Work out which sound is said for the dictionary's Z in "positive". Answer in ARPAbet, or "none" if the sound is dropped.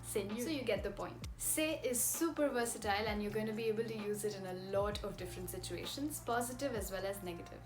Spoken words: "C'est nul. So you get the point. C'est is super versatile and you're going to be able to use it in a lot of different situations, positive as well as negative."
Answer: Z